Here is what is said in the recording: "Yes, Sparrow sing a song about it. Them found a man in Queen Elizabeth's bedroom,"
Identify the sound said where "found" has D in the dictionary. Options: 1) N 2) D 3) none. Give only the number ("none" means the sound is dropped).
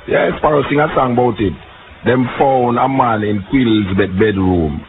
3